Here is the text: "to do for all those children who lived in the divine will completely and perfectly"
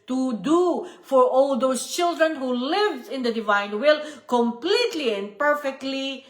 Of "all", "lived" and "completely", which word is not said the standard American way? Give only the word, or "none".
lived